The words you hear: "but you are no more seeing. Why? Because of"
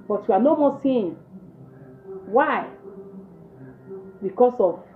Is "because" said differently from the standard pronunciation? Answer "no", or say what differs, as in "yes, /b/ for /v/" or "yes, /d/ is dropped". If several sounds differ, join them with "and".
yes, /s/ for /z/